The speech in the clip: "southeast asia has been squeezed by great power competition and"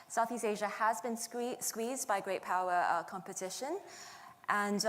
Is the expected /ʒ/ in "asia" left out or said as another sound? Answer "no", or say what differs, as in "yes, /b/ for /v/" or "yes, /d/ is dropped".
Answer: no